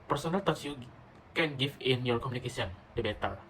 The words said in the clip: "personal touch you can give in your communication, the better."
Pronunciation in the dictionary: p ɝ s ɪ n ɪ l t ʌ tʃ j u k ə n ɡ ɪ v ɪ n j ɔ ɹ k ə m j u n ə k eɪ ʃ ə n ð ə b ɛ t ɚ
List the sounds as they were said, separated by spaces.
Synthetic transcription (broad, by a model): p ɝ s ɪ n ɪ l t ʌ s j u k ə n ɡ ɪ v ɪ n j ɔ ɹ k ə m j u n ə k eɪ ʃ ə n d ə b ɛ t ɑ